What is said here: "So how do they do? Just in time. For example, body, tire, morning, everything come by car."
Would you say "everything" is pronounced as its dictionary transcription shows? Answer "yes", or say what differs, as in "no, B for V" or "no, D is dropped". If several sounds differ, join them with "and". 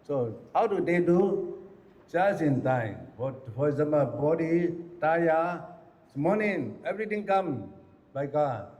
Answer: no, T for TH